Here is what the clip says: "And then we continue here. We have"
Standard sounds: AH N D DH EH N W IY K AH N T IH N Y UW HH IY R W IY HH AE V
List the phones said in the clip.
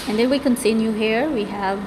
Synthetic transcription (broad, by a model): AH N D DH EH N W IY K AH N S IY N Y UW HH IY R W IY HH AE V